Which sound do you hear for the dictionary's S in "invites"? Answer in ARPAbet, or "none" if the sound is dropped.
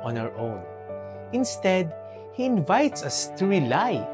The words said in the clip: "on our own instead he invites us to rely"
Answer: S